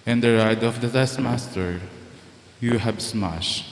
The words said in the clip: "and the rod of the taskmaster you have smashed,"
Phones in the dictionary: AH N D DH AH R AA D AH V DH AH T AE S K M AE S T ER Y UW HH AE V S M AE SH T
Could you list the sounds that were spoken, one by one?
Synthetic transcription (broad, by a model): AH N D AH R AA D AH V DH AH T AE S M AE S T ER Y UW HH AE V S M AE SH